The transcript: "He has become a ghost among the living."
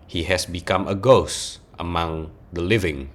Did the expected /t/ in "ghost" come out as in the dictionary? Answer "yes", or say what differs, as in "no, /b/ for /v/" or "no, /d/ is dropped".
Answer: yes